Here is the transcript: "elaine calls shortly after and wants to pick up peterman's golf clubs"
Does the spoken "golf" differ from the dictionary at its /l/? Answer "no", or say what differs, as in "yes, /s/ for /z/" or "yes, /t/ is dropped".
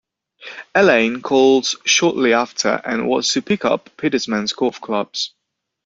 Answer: yes, /l/ is dropped